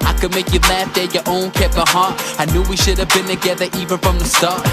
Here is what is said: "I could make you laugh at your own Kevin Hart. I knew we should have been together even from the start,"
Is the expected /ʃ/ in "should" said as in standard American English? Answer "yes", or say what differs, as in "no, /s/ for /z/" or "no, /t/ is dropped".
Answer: yes